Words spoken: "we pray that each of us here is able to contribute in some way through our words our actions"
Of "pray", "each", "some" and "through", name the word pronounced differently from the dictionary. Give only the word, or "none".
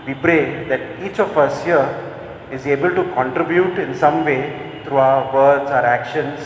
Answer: through